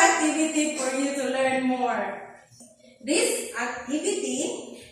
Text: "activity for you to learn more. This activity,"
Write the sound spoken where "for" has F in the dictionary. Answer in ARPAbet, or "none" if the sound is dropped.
P